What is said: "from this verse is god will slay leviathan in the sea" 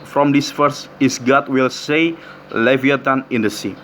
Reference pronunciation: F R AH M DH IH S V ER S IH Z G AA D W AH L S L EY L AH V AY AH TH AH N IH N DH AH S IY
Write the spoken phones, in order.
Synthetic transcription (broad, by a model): F R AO M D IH S F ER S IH S G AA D W AH L S EY L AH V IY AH T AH N IH N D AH S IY